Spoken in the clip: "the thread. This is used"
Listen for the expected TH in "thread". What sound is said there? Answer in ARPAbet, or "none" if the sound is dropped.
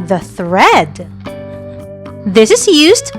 TH